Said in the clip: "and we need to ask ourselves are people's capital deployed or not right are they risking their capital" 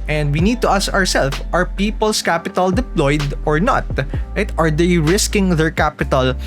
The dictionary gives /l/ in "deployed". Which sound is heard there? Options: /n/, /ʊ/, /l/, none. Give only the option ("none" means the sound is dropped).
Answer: /l/